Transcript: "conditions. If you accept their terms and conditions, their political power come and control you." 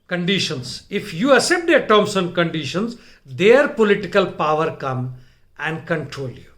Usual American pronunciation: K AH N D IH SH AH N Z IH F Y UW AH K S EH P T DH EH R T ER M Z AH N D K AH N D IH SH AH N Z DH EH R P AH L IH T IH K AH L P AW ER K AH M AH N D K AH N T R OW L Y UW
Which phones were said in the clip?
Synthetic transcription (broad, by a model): K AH N D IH SH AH N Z IH F Y UW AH S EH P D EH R T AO M S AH N K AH N D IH SH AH N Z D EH R P AH L IH T IH K AH L P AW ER K AH M AH N D K AH N T R OW L Y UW